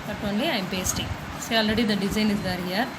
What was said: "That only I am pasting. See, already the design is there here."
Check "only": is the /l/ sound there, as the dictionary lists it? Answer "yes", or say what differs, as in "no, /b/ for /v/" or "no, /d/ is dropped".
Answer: yes